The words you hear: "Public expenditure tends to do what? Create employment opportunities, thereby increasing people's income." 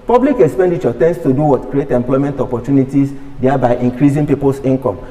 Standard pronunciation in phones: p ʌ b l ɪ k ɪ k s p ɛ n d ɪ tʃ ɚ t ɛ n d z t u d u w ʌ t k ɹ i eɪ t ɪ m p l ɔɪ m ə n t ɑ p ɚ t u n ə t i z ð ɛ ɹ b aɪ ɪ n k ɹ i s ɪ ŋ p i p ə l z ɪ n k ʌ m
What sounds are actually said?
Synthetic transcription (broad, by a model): p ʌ b l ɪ k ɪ k s p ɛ n d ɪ tʃ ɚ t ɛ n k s t u d u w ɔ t k ɹ i eɪ t ɪ m p l ɔɪ m ə n t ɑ p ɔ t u n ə t i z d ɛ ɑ b aɪ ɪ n k ɹ i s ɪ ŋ p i p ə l s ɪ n k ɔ m